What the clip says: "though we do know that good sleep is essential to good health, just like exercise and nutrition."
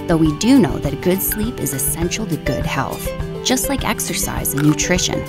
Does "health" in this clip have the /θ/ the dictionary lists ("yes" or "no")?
yes